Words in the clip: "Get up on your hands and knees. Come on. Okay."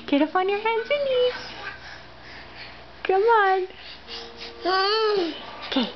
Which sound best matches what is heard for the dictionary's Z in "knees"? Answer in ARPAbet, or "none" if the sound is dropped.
none